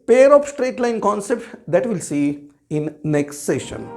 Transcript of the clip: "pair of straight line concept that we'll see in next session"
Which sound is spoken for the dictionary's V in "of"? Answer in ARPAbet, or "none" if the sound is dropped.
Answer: P